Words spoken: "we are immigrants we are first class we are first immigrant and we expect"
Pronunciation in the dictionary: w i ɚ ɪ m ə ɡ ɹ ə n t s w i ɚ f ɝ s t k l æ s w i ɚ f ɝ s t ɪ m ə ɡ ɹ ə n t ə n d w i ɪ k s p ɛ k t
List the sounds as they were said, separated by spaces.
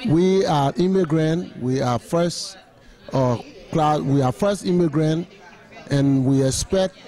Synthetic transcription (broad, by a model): w i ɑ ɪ m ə ɡ ɹ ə n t w i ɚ f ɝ s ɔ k l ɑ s w i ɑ f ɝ s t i m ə ɡ ɹ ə n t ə n w i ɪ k s p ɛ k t